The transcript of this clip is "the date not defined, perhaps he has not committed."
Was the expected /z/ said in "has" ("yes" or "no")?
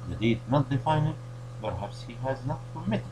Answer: yes